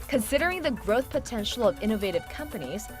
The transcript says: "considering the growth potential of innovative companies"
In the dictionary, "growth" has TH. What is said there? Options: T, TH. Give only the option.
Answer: TH